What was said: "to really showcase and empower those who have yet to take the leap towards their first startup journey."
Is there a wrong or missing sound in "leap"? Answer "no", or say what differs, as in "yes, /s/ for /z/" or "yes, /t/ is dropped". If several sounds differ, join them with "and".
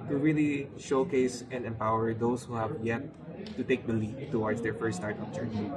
yes, /f/ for /p/